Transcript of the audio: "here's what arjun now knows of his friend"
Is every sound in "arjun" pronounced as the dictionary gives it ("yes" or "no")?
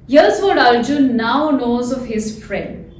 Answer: no